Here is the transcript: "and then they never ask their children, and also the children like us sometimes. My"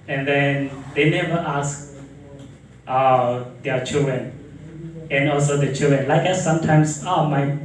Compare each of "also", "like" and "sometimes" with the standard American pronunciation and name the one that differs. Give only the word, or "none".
sometimes